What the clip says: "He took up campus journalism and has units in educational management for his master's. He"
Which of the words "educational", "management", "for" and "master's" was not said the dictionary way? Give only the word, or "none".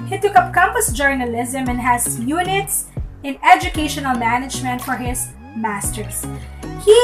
master's